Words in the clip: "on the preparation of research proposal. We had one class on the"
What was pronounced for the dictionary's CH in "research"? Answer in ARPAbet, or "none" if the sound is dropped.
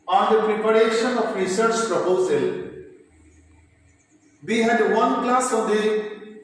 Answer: CH